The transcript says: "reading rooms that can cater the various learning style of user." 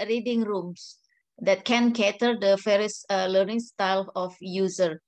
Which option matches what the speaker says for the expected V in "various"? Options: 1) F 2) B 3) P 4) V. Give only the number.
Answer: 1